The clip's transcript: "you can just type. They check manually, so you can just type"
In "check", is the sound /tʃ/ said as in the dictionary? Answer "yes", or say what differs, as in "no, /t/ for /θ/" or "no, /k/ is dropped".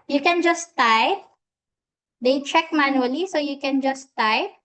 yes